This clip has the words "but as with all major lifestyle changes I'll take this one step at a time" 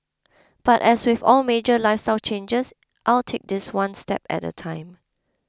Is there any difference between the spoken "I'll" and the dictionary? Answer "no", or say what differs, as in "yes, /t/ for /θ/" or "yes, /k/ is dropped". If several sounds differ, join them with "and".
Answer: no